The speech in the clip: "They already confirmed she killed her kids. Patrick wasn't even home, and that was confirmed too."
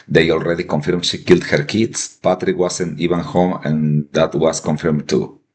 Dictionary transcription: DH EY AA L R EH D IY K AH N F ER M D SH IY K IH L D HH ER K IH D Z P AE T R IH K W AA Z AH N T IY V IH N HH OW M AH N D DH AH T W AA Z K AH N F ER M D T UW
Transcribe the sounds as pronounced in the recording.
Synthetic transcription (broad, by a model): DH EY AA L R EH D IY K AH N F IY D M SH IY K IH L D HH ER K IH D S P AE T R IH K W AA S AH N IY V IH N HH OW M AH N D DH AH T W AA S K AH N F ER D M T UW